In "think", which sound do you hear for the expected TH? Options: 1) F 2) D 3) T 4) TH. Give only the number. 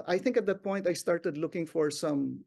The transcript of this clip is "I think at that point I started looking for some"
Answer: 4